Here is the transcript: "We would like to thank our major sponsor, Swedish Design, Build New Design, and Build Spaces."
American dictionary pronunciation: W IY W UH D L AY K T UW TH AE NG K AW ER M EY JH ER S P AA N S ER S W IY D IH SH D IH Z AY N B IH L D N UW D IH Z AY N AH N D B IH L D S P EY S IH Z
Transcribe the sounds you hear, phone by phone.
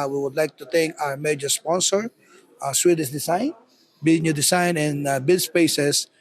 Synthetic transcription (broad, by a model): W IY W UH D L AY K T UW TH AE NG K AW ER M EY JH ER S P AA N S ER S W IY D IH S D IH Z AY N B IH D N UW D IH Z AY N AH N B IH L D S P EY S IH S